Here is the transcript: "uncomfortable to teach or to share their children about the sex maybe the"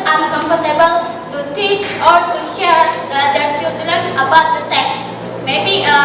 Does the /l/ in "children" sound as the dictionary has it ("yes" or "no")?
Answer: no